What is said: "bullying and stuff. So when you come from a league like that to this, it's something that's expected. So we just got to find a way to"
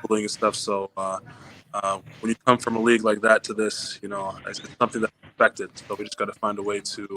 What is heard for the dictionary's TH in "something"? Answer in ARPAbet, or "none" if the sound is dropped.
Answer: TH